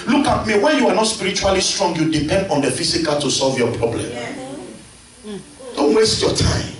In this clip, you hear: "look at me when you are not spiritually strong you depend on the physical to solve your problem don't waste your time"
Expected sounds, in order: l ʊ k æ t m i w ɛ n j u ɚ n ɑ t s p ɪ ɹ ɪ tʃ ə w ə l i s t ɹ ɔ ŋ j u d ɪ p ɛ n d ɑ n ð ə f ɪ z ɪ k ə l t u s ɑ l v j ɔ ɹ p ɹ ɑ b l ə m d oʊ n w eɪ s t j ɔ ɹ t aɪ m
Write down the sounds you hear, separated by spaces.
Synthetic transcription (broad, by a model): l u k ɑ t m i w ɛ n j u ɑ n ɑ t s p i ɹ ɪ tʃ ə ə l i s t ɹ ɔ ŋ j u d ɪ p ɛ n d ɑ n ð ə f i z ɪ k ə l t u s ɑ l v j ɔ p ɹ ɑ b l ə m d oʊ n w eɪ s t j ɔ t aɪ m